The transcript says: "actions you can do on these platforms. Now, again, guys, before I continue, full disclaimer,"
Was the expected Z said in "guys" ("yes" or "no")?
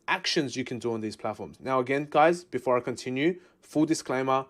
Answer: yes